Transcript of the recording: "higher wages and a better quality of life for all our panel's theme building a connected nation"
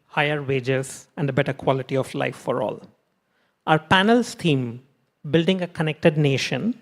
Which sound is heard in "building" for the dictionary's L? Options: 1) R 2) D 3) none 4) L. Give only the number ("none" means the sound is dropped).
4